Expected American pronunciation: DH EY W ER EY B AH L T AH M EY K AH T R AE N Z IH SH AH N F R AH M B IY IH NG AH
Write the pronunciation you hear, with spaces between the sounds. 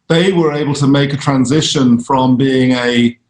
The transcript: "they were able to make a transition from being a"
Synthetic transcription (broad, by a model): DH EY W ER EY B AH L T AH M EY K AH T R AE N Z IH SH AH N F R AH M B IY IH NG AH